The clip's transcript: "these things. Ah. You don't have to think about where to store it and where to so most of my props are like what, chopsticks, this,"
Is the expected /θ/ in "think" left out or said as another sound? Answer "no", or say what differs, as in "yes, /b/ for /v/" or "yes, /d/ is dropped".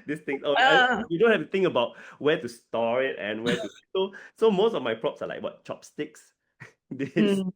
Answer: yes, /t/ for /θ/